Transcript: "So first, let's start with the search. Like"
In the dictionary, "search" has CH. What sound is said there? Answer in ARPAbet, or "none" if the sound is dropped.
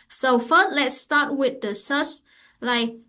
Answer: S